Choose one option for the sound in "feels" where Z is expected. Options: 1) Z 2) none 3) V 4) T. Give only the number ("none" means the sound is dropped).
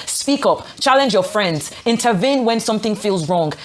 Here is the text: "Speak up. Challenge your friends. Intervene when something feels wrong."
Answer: 1